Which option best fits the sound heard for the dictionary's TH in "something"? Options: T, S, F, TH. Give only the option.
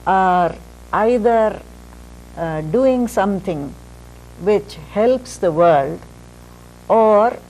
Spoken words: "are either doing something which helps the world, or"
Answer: T